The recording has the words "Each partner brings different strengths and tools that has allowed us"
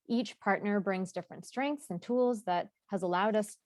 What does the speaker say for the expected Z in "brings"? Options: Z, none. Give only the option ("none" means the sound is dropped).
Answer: Z